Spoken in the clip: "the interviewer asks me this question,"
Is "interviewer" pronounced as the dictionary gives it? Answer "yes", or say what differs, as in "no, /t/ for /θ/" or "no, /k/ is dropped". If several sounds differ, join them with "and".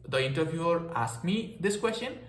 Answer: no, /b/ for /v/